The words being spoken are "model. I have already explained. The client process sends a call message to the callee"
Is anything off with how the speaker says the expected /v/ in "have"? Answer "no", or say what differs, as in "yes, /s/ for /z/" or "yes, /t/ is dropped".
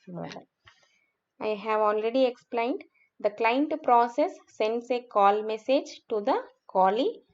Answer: no